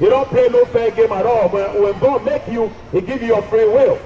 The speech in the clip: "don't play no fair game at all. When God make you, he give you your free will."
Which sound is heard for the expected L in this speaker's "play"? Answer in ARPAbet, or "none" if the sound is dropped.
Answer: none